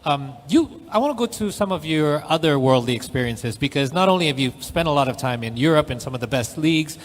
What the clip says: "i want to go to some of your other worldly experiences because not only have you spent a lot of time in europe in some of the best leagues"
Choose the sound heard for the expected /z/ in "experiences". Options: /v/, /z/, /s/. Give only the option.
/z/